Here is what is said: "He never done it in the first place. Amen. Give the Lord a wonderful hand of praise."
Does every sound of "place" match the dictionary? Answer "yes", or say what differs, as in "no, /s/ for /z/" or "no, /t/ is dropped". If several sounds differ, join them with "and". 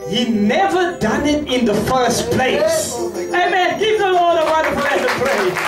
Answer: yes